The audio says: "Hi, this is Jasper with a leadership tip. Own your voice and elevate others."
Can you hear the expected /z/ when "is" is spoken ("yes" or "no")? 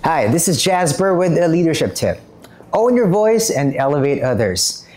yes